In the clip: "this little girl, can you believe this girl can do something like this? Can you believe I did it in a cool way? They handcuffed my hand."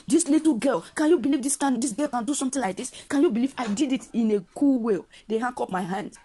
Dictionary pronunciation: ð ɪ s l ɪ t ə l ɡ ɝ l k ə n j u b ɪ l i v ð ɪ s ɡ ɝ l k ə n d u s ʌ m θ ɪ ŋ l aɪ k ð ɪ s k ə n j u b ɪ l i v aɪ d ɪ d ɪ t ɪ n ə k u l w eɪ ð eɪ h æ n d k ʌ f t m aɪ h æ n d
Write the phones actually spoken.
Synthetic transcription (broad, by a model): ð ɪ s l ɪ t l ɡ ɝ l k ə n j u b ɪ l i v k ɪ s ɡ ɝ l k ə n d u s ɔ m t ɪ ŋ l aɪ k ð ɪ s k ə n j u b ɪ l i v aɪ d ɪ d ɪ t ɪ n ə k u l w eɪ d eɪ h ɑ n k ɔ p m aɪ h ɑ n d